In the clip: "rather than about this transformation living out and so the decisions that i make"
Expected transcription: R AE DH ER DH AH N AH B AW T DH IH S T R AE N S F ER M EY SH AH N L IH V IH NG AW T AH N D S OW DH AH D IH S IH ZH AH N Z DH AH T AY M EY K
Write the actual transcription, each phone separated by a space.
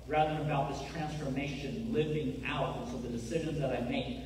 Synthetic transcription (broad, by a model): R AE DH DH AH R AH B AW T DH IH S T R AE N S F ER M EY SH AH N L IH V IH NG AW T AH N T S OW DH AH D IH S IH ZH AH N Z DH AH T AY M EY K